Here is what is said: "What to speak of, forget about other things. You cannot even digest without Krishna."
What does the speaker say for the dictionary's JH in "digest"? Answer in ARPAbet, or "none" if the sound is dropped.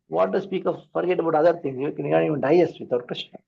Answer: none